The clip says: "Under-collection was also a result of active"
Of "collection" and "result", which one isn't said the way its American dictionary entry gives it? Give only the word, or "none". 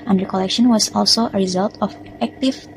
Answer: none